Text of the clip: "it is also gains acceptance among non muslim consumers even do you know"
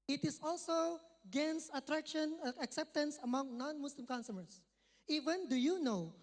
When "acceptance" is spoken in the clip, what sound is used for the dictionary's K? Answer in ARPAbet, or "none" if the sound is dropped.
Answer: K